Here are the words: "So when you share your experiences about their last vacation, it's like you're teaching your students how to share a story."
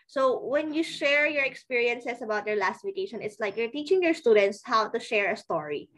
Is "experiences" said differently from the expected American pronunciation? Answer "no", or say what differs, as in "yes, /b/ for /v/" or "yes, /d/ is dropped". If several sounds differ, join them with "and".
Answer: yes, /s/ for /z/